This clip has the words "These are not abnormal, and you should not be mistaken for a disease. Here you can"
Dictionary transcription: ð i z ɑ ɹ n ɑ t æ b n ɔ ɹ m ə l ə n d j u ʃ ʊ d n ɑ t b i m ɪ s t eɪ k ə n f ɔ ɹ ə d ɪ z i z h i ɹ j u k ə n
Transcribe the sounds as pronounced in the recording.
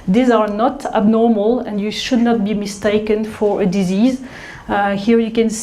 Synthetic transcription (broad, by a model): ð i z ɑ ɹ n ɑ t æ b n ɔ ɹ m ə l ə n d j u ʃ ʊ d n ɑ t b i m ɪ s t eɪ k ə n f ɔ ɹ ə d ɪ z i z h i ɹ j u k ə n